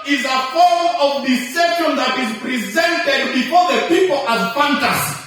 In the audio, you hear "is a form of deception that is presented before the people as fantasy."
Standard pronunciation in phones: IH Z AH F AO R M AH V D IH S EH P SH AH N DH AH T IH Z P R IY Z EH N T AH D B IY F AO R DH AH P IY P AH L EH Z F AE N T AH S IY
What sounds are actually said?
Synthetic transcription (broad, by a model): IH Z AH F AO R M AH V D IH S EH SH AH N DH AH T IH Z P R IY Z EH N T AH D B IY F AO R DH AH P IY P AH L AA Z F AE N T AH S